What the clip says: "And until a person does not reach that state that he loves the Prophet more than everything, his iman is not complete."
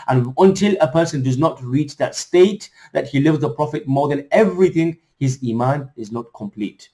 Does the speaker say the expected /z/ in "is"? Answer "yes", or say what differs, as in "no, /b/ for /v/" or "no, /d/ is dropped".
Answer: yes